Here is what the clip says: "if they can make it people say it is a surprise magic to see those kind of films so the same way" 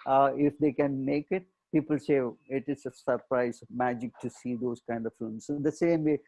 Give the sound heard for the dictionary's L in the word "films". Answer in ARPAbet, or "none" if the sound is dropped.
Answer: none